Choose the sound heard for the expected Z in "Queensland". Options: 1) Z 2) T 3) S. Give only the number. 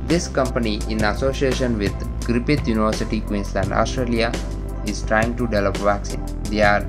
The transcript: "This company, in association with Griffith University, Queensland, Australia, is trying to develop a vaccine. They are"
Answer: 3